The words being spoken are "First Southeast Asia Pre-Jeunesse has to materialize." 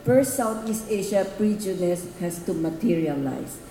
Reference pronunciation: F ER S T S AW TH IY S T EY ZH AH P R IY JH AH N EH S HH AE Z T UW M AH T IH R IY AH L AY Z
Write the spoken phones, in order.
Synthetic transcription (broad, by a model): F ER S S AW T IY S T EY SH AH P R IY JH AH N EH S HH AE S T UW M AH T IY R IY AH L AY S